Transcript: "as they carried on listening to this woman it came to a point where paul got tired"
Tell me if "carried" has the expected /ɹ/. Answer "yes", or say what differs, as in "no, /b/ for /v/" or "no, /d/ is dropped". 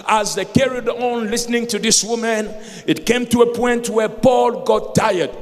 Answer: yes